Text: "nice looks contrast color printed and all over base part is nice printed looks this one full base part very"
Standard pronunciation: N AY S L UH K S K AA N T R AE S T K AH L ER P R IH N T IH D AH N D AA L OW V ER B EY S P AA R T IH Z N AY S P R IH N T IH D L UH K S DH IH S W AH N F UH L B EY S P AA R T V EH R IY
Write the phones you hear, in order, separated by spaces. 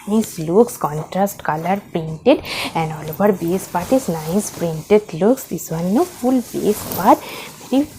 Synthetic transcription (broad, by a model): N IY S L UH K S K AA N T R AE S T K AH L ER P R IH N T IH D AH N D AA L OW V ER B EY S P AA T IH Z N AY S P R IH N T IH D L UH K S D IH S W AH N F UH L B EY S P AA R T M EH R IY